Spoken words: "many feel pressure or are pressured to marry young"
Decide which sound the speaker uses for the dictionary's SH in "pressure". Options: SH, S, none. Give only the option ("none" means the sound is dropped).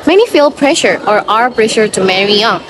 SH